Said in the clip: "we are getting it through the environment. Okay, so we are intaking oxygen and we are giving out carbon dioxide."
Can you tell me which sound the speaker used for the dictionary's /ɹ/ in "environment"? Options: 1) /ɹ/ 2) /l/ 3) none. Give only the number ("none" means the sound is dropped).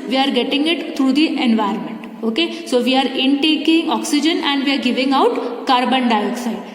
3